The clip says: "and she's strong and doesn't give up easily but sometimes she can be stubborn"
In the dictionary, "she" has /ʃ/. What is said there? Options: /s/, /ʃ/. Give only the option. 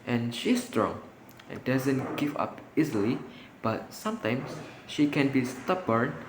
/ʃ/